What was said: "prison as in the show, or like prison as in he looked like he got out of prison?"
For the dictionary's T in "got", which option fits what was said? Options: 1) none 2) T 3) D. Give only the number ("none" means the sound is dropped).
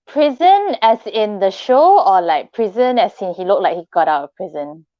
2